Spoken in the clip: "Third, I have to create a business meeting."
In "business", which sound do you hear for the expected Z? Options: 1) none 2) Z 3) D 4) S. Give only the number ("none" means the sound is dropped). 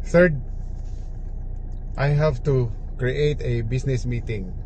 4